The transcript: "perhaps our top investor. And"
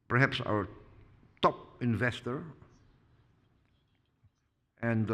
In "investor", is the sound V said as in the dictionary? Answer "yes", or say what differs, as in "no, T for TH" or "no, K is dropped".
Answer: yes